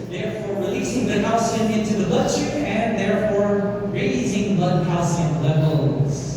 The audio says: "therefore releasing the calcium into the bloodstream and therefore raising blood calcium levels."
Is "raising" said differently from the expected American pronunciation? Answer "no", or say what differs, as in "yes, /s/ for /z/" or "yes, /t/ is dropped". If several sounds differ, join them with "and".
no